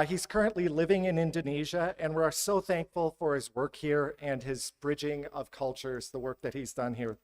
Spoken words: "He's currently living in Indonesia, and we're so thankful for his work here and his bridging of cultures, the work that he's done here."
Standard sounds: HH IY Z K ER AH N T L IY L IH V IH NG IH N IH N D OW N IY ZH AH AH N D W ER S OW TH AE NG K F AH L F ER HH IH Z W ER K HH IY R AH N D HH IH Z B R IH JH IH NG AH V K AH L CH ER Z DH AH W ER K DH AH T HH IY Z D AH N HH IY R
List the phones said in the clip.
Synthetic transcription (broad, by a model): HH IY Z K ER AH N T L IY L IH V IH NG IH N IH N D OW N IY ZH AH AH N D W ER S OW TH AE NG K F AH L F ER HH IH Z W ER K HH IY R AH N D IH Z B R IH JH IH NG AH V K AH L CH ER Z DH AH W ER K DH AH T HH IY Z D AH N HH IY R